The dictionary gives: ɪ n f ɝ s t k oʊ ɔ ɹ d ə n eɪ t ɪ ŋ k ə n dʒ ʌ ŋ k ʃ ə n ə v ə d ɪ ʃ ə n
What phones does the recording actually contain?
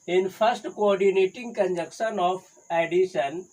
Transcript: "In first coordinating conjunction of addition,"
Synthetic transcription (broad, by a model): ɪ n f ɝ s t k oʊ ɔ ɹ d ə n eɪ t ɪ ŋ k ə n dʒ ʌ k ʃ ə n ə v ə d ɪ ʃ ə n